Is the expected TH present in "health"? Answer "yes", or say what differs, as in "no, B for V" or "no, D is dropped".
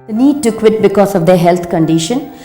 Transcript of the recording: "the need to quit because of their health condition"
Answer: no, T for TH